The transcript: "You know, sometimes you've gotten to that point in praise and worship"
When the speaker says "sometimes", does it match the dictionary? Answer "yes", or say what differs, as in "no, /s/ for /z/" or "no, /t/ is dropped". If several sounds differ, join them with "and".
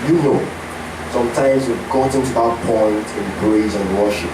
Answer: yes